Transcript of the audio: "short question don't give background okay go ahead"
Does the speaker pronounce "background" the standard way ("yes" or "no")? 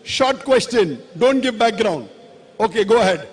yes